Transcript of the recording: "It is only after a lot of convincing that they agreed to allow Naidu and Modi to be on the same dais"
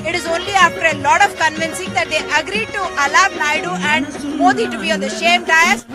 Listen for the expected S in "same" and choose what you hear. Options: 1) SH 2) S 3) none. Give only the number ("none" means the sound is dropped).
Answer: 1